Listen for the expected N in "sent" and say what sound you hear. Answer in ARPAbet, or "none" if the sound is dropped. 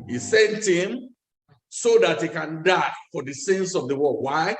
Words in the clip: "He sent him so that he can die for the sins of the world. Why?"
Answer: N